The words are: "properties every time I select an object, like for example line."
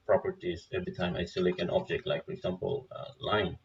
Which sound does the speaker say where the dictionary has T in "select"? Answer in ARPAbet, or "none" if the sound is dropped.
none